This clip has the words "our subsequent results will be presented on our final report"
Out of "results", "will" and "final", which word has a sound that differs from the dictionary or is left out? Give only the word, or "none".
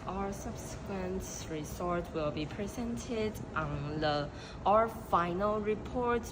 results